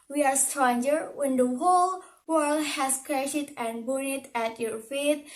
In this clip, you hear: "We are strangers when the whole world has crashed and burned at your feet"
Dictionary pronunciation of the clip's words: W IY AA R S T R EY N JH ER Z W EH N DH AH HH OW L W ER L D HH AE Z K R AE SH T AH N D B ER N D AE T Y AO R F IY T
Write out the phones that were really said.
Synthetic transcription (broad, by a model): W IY AA R S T R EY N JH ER W EH N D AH HH OW L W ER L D HH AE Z K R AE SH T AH N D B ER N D AE T Y AO R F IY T